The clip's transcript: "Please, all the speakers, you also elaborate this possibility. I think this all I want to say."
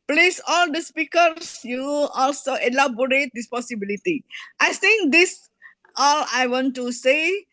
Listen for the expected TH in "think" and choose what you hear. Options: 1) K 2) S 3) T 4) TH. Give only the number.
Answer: 2